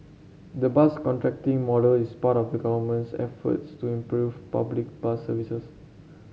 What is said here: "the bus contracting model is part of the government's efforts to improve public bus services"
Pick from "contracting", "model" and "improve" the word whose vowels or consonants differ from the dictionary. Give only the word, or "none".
none